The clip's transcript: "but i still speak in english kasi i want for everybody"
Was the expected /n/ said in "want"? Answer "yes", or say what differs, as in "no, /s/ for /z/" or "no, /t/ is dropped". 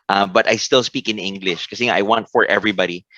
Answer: yes